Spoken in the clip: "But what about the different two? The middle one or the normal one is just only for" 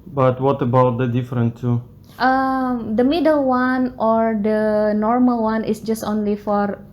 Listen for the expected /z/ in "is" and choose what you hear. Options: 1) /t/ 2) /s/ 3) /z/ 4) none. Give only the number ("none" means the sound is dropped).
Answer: 2